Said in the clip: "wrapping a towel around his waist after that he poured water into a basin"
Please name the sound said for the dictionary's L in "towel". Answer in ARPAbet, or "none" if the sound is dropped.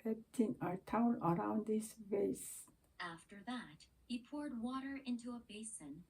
N